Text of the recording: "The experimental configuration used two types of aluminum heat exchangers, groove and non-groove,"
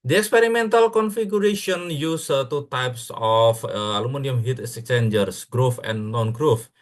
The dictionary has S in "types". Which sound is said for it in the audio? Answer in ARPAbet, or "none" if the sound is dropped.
S